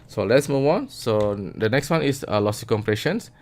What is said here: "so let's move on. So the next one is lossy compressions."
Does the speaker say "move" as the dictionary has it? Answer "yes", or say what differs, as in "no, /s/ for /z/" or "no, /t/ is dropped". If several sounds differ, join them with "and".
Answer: no, /w/ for /v/